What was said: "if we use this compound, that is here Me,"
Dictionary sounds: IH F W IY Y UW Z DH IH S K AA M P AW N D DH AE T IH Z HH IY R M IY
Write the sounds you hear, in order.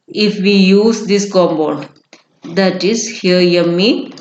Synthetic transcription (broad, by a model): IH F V IY Y UW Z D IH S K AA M B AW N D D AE T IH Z HH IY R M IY